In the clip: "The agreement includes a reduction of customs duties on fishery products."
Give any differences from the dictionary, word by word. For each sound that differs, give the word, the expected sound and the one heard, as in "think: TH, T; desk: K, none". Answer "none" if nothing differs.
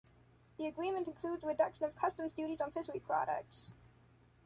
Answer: fishery: SH, S